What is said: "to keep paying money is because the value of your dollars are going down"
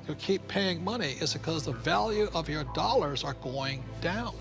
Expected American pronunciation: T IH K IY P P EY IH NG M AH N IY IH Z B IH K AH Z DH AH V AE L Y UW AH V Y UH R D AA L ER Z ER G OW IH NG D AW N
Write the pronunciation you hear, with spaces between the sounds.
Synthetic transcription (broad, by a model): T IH K IY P P EY IH NG M AH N IY IH Z B IH K AH Z DH AH V AE L Y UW AH V Y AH R D AA L ER Z ER G OW IH NG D AW N